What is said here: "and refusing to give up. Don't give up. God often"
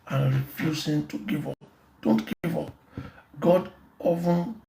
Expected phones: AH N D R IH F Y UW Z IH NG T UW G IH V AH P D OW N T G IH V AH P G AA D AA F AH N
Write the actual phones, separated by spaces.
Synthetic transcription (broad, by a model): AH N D R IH F Y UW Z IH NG T UW G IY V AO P D OW N T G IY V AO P G AA D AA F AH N